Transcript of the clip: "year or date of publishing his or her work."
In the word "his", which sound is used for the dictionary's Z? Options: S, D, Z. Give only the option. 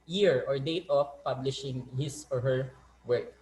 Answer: S